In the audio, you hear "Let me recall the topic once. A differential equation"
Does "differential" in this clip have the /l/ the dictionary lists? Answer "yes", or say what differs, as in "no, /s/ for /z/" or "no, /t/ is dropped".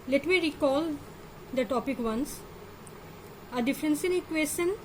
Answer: no, /n/ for /l/